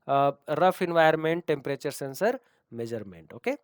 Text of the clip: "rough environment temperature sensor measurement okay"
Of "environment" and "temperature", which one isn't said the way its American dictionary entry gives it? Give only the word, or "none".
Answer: environment